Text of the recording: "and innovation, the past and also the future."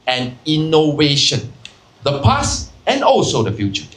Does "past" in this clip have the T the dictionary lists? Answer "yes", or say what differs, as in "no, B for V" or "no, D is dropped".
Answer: no, T is dropped